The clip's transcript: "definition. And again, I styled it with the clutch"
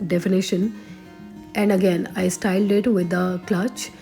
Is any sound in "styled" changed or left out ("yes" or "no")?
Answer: no